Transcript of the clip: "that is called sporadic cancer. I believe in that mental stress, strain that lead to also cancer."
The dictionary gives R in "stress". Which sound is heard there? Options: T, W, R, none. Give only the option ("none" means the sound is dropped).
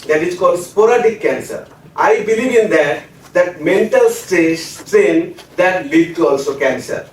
none